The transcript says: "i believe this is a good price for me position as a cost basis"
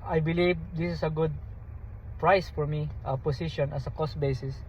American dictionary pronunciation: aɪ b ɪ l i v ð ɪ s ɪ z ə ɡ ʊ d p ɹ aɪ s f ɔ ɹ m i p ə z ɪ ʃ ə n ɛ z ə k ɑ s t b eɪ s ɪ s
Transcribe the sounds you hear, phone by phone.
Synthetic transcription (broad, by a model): aɪ b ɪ l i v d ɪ s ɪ s ə ɡ ʊ d p ɹ aɪ s f ɔ ɹ m i p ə s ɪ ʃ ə n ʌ s ə k ɑ s t b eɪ s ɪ s